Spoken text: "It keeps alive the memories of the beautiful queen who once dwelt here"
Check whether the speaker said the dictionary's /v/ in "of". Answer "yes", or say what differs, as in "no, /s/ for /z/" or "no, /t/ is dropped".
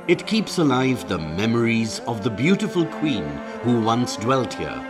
yes